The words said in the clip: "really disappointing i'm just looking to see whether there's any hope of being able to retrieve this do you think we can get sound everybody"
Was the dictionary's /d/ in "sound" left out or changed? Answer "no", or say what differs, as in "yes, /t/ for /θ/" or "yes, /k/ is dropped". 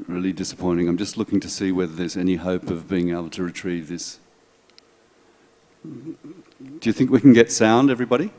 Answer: no